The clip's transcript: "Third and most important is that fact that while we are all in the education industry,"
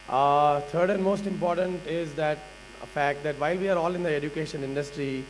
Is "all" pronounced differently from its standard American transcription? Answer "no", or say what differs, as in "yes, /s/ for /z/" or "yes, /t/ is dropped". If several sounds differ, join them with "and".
no